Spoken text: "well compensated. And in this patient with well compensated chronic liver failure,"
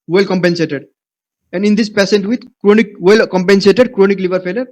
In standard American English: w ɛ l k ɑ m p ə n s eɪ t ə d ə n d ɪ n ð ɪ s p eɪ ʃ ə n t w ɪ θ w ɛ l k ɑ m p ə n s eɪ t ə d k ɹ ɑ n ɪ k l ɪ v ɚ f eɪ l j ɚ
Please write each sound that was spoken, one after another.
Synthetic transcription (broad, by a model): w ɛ l k ɑ m p ə n s eɪ t ə d ə n d ɪ n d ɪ s p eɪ s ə n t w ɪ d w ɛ l k ɑ m p ə n s eɪ t ə d k ɹ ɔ n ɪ k l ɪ v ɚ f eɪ l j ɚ